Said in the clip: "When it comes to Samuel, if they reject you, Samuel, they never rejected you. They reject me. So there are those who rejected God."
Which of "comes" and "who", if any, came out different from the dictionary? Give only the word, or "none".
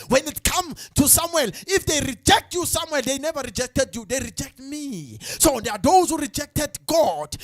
comes